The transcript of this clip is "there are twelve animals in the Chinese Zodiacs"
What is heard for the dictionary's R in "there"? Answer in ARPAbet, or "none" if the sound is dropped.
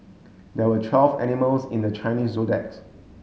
W